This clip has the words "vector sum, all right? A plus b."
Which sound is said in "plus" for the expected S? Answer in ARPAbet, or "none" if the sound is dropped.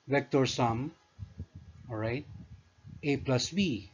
S